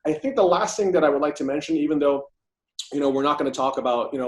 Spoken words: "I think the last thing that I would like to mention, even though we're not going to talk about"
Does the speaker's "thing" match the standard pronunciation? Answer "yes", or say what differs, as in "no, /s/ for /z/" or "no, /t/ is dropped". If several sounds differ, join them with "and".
yes